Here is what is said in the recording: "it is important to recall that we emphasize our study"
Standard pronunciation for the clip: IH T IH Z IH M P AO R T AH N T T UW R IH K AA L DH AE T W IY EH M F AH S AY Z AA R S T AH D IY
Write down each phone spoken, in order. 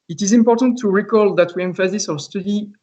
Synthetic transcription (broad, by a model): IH T IH Z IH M P AO R T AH N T T UW R IH K AA L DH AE T W IY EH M F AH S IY S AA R S T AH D IY